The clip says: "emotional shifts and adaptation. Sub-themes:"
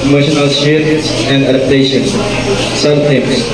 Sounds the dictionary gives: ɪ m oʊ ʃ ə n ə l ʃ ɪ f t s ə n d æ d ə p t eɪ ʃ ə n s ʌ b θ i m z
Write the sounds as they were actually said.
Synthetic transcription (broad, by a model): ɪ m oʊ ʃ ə n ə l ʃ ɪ t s ə n d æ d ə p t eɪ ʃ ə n s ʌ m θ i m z